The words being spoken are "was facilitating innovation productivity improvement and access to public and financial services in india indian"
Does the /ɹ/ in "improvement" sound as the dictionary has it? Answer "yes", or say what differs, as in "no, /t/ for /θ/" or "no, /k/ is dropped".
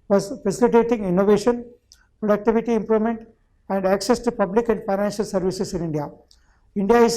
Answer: yes